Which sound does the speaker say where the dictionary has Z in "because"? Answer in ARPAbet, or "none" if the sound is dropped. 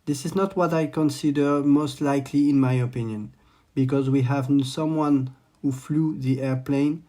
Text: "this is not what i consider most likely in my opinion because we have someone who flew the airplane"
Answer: Z